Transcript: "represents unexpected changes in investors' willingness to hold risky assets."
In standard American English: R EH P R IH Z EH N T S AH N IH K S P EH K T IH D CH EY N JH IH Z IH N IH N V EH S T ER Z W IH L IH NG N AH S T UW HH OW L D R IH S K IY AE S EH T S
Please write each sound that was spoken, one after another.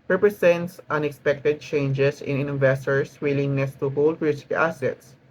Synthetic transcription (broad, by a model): R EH P R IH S EH N T S AH N IH K S P EH K T IH D CH EY N JH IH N IH N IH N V EH S T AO S W IH L IH NG N AH S T UW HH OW L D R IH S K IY S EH T S